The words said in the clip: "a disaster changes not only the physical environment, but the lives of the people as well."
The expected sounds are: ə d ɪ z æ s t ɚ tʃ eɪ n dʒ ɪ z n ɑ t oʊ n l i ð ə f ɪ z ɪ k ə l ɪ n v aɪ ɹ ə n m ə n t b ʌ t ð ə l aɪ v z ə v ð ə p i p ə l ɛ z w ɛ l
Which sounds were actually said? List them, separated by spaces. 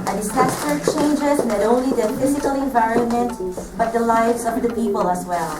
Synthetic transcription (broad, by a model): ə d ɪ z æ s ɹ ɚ tʃ eɪ n dʒ ɪ z n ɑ t oʊ n l i ð ə f ɪ z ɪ k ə l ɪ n v aɪ ɹ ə n m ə n t b ʌ t ð ə l aɪ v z ə v ð ə p i p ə l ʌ z w ɛ l